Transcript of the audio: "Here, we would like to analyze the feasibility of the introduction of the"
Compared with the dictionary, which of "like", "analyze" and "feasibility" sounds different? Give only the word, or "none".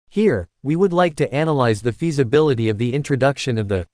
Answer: none